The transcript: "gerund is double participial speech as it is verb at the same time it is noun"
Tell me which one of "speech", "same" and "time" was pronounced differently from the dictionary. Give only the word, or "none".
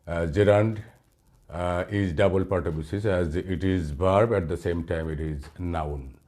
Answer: speech